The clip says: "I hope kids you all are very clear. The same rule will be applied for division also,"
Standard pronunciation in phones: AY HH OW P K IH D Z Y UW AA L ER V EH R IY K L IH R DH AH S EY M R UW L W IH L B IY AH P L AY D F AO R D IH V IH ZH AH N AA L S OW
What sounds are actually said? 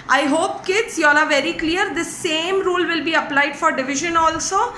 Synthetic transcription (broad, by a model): AY HH OW P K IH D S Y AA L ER V EH R IY K L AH R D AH S EY M R UW L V IH L B IY AH P L AY D F AO R D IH V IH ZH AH N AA L S OW